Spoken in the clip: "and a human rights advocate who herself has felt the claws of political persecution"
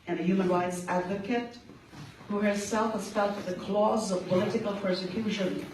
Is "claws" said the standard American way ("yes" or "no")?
yes